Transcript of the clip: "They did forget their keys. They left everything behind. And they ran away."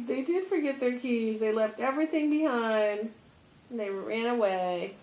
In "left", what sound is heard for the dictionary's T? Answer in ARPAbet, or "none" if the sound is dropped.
T